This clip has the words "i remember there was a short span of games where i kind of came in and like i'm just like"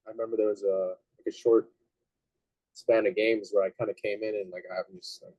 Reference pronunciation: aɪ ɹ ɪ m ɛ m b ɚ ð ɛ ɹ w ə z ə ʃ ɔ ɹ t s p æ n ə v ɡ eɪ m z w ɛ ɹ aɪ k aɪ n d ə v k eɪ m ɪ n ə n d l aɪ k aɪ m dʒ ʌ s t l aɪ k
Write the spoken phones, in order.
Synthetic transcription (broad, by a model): aɪ ɹ ɪ m ɛ m b ɚ ð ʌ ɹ w ə z ə ʃ ɔ ɹ t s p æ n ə ɡ eɪ m z w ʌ ɹ aɪ k aɪ n d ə k eɪ m ɪ n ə n l aɪ k aɪ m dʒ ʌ s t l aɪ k